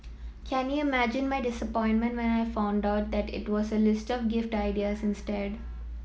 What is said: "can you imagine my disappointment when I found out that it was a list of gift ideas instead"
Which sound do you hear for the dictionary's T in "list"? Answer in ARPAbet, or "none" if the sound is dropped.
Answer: T